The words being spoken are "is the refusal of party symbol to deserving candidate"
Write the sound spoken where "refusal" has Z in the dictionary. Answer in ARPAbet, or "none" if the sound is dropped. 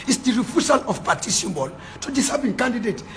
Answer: S